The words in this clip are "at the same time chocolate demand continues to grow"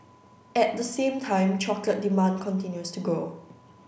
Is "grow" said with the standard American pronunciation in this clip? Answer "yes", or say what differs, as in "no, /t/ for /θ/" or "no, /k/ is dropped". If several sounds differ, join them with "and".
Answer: no, /ɹ/ is dropped